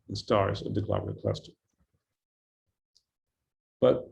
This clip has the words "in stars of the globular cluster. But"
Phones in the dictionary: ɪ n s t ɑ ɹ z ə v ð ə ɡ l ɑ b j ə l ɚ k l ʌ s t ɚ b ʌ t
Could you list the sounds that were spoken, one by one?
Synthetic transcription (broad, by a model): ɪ n s t ɑ ɹ z ə v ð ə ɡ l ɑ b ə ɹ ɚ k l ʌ s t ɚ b ʌ t